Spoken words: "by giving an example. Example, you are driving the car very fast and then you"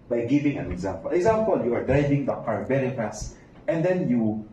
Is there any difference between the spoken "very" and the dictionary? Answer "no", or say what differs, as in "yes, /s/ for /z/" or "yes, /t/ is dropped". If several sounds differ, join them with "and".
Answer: yes, /b/ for /v/